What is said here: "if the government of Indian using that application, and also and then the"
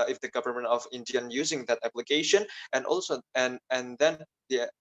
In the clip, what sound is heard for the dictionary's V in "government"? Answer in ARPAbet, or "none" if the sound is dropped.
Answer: V